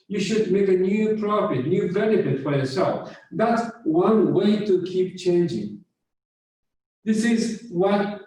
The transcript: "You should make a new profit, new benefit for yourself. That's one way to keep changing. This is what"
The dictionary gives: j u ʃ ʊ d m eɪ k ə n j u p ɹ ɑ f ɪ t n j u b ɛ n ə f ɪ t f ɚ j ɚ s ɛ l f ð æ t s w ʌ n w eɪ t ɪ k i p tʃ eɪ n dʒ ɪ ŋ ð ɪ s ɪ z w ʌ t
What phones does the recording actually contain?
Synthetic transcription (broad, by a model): j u ʃ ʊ d m eɪ k ə n j u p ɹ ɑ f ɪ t n j u b ɛ n ə f ɪ t f ɚ j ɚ s ɛ l f ð æ t s w ʌ n w eɪ t ɪ k i p tʃ eɪ n dʒ ɪ ŋ ð ɪ s ɪ z w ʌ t